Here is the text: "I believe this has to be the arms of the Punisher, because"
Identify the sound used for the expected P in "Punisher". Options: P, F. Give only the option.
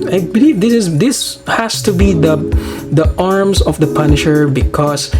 P